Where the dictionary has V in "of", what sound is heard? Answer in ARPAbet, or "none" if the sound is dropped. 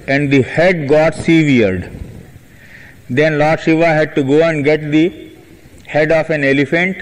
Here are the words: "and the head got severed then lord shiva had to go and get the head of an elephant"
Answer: F